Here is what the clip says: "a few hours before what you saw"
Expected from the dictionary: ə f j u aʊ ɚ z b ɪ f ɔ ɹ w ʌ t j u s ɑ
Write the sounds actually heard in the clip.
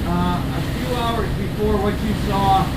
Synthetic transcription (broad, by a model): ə f j u aʊ ɚ z b ɪ f ɔ ɹ w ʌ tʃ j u s ɑ